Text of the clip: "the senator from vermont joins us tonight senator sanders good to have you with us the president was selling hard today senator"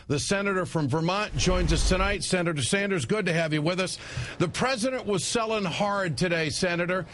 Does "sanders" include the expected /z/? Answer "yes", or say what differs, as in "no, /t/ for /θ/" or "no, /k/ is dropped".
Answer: yes